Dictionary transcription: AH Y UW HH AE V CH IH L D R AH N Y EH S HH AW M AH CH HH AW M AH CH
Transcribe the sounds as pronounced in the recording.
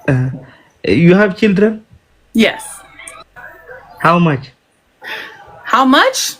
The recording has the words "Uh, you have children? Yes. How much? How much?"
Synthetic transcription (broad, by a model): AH Y UW HH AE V CH IH L D R AH N Y EH S HH AW M AH CH HH AW M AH CH